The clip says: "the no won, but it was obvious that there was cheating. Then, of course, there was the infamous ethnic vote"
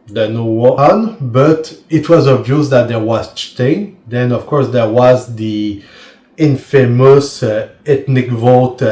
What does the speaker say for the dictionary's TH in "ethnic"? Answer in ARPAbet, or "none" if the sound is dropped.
T